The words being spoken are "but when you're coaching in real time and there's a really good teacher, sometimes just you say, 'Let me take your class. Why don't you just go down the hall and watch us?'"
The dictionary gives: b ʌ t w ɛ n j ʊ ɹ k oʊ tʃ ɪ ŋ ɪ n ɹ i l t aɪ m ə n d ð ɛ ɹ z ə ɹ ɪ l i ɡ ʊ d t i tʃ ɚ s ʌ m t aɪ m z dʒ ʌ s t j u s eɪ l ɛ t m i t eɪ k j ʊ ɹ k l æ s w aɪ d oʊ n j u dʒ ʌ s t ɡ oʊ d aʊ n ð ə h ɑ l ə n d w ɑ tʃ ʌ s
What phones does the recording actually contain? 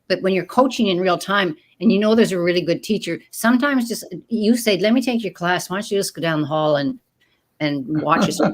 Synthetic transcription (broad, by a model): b ʌ t w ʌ n j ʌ ɹ k oʊ tʃ ɪ ŋ ɪ n ɹ i l t aɪ m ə n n ð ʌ ɹ z ə ɹ ɪ l i ɡ ʊ d t i tʃ ɚ s ʌ m t aɪ m z dʒ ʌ s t j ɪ s eɪ l ɛ t m i t eɪ k j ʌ ɹ k l æ s w aɪ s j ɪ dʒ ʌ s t ɡ oʊ d aʊ n ð ə h ɑ l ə n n w ɑ tʃ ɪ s